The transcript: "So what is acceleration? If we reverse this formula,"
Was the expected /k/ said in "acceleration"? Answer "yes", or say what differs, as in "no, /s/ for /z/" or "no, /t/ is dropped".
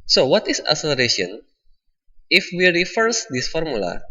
no, /k/ is dropped